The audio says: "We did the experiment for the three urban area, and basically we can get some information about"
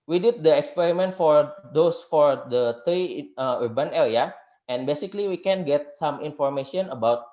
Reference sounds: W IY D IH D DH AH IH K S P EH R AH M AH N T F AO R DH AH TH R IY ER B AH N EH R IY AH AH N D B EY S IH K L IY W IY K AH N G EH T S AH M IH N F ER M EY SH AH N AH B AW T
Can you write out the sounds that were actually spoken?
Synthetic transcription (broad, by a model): W IY D IH D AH IH K S P EH R AH M AH N T F AO R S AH T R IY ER B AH N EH L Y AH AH N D B EY S IH K L IY W IY K AH N G EH T S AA M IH N F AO M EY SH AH N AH B AW T